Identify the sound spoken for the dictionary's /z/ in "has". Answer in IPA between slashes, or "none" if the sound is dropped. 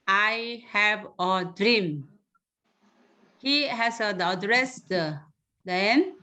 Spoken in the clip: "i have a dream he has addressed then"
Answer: /s/